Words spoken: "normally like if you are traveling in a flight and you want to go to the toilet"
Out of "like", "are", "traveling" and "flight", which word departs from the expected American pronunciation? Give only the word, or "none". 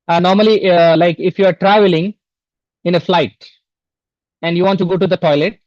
none